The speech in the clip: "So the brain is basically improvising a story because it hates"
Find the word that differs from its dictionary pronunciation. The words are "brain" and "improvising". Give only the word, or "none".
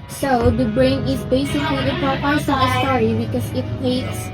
improvising